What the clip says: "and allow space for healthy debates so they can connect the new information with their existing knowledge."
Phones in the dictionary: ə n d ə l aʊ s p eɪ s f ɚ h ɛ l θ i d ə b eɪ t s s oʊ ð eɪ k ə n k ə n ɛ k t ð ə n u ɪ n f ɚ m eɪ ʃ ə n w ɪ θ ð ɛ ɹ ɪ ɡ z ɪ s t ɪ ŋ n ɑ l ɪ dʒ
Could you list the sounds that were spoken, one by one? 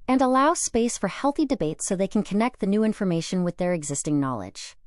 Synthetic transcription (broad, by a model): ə n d ə l aʊ s p eɪ s f ɚ h ɛ l θ i d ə b eɪ t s s oʊ ð eɪ k n k ə n ɛ k t ð ə n u ɪ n f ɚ m eɪ ʃ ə n w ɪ ð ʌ ɹ ɪ ɡ z ɪ s t ɪ ŋ n ɑ l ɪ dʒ